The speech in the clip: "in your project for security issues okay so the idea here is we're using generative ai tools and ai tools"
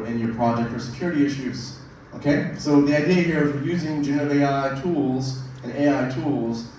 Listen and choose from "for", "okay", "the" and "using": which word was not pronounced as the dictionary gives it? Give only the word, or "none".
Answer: none